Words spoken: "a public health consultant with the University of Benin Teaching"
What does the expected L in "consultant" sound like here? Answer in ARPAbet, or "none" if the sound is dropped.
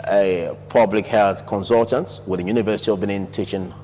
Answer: L